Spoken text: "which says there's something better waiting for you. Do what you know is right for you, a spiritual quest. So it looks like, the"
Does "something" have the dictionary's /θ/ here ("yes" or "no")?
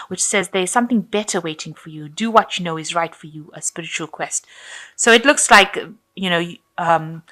yes